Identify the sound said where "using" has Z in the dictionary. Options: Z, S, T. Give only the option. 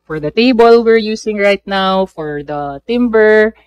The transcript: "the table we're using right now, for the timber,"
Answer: S